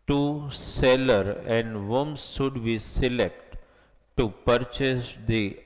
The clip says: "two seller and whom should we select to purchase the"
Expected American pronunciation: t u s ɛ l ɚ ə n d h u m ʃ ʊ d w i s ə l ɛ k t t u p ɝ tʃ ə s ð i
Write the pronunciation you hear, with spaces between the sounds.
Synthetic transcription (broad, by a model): t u s ɛ l ɚ ə n d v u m s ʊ d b i s ə l ɛ k t t u p ɝ tʃ ə s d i